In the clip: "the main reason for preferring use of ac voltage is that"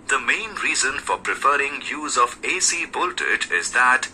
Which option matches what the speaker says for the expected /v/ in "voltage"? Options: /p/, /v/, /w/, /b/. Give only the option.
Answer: /b/